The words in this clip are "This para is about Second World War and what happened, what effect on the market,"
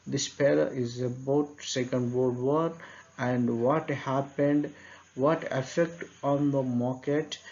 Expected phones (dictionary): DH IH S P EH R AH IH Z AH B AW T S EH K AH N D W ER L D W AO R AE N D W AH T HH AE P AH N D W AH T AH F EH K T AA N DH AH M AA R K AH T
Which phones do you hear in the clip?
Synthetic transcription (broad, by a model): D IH S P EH L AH IH Z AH B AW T S EH K AH N D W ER D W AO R AE N D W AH T HH AE P AH N D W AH T AH F EH K T AA N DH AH M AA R K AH T